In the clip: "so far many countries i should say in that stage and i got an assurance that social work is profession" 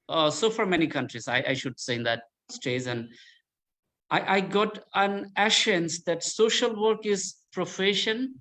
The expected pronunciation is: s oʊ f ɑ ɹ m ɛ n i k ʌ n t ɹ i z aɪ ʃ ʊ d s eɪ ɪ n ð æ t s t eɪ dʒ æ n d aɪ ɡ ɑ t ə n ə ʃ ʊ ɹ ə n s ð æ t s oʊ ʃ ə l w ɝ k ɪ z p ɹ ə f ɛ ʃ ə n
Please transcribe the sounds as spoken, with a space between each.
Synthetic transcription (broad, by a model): s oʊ f ɑ ɹ m ɛ n i k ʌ n t ɹ i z aɪ ʃ ʊ d s eɪ ɪ n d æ t s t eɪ z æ n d aɪ ɡ ɑ t ə n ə ʃ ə n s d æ t s oʊ ʃ ə l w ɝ k ɪ z p ɹ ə f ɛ ʃ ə n